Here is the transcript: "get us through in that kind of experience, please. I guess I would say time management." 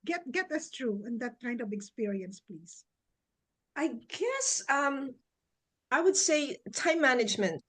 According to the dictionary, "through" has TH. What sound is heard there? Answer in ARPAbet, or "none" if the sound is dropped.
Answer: T